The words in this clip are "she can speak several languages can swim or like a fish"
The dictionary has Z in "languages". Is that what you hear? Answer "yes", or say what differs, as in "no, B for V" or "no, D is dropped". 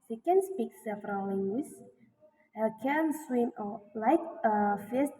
no, Z is dropped